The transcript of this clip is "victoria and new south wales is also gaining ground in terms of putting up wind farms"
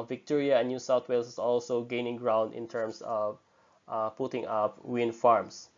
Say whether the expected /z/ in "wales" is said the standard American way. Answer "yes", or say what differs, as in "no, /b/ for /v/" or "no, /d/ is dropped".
no, /s/ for /z/